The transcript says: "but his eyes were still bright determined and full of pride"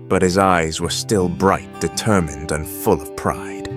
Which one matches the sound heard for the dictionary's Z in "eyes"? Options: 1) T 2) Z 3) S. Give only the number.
2